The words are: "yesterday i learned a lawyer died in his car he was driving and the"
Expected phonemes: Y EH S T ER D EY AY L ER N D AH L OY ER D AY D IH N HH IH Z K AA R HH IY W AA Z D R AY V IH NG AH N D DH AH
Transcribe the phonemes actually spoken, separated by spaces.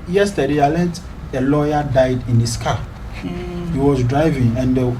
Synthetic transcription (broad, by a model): Y EH S T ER D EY AY L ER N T AH L OY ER D AY D IH N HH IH S K AA HH IY W AA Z D R AY V IH NG AH N D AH